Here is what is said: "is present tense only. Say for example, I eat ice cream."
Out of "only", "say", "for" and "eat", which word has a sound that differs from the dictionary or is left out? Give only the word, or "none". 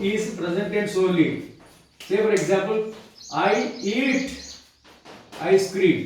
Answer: only